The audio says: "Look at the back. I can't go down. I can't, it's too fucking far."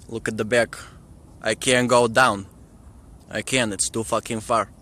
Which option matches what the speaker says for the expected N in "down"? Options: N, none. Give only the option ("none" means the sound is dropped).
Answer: N